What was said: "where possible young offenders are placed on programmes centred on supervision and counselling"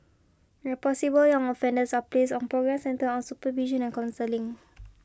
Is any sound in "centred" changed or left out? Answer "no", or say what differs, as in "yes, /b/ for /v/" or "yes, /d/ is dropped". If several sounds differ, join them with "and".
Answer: yes, /d/ is dropped